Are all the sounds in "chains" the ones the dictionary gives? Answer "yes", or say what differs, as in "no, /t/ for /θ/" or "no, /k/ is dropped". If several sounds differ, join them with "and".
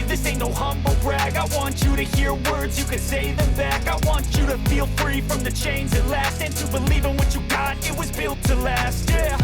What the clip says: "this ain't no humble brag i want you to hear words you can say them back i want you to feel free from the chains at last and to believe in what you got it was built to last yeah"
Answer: yes